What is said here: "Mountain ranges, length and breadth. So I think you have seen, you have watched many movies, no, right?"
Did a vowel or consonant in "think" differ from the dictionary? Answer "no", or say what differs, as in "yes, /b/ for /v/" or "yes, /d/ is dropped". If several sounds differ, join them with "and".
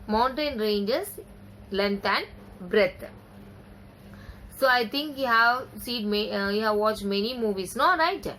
yes, /t/ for /θ/